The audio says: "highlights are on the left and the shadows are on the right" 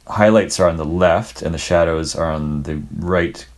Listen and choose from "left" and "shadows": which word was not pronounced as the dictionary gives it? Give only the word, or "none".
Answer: none